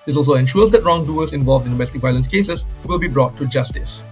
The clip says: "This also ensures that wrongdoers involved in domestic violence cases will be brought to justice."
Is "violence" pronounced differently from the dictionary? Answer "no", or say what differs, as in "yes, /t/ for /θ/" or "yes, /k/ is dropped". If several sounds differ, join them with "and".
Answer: no